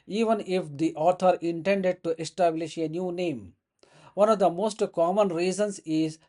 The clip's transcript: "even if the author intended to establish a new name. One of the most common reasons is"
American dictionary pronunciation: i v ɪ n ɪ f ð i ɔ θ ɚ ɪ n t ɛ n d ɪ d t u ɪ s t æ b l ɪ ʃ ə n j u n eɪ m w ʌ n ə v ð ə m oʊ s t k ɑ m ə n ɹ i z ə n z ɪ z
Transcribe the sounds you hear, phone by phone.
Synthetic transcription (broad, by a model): i v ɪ n ɪ f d i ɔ t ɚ ɪ n t ɛ n d ɪ d t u ɪ s t æ b l ɪ ʃ ə n j u n eɪ m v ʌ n ə v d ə m oʊ s t k ɑ m ə n ɹ i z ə n s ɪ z